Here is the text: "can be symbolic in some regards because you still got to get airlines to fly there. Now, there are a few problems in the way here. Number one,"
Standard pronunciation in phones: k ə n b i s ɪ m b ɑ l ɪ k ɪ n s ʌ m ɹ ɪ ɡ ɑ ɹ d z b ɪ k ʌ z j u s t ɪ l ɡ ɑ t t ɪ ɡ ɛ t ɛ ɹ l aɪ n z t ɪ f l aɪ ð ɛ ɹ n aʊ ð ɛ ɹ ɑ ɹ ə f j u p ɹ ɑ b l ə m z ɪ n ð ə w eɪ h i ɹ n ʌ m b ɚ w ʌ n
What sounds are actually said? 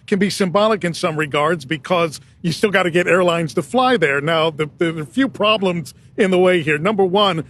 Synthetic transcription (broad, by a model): k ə n b i s ɪ m b ɑ l ɪ k ɪ n s ʌ m ɹ ɪ ɡ ɑ ɹ d z b ɪ k ʌ z j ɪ s t ɪ l ɡ ɑ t t ɪ ɡ ɛ t ɛ ɹ l aɪ n z t ɪ f l aɪ ð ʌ ɹ n aʊ ð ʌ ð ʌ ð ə f j u p ɹ ɑ b l ə m z ɪ n ð ə w eɪ h i ɹ n ʌ m b ɚ w ʌ n